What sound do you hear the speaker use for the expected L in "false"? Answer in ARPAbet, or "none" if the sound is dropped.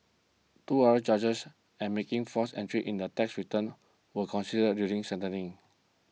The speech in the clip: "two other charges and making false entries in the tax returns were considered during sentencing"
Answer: none